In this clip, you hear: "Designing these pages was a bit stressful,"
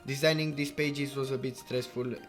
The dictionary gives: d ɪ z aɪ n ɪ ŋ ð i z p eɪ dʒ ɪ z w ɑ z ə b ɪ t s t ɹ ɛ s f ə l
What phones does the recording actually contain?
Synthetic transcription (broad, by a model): d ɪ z aɪ n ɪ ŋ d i s p eɪ dʒ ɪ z w ɑ z ə b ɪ t s t ɹ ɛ s f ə l